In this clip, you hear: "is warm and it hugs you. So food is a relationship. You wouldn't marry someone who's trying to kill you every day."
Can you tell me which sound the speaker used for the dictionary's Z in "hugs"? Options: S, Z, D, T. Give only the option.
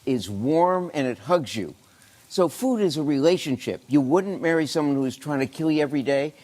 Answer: Z